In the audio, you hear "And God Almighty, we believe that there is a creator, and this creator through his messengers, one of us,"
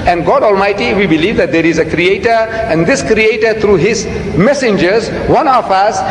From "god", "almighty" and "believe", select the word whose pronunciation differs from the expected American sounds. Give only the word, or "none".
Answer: none